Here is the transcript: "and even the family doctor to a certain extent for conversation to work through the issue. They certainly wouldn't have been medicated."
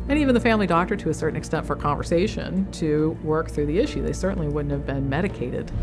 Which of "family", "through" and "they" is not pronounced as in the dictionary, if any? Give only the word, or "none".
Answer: none